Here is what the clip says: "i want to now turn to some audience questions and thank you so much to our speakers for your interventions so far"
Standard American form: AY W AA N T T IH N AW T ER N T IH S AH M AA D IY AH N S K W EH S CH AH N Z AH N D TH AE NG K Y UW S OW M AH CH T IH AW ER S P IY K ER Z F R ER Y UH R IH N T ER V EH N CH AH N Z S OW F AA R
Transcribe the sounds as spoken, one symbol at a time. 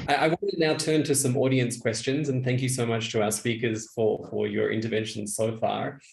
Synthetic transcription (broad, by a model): AY W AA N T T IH N AW T ER N T IH S AH M AA D IY AH N S K W EH S CH AH N Z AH N TH AE NG K Y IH S OW M AH CH T IH AW ER S P IY K ER Z F R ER Y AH R IH N T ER V EH N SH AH N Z S OW F AA R